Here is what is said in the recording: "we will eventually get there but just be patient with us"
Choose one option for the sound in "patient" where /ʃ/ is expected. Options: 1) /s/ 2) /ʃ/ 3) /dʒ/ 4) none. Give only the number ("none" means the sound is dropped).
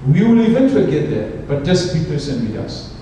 1